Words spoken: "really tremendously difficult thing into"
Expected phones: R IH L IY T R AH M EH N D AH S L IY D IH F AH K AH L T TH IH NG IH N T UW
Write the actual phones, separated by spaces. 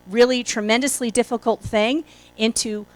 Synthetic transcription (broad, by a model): R IH L IY T R AH M EH N D AH S L IY D IH F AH K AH L T TH IH NG IH N T UW